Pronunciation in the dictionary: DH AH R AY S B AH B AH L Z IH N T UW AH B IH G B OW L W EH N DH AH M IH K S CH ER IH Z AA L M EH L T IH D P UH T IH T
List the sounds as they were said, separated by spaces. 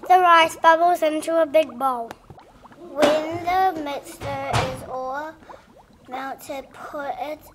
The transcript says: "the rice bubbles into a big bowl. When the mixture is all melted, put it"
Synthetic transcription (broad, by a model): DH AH R AY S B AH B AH L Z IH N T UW AH B IH G B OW L W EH N DH AH M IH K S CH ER IH Z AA M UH N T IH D P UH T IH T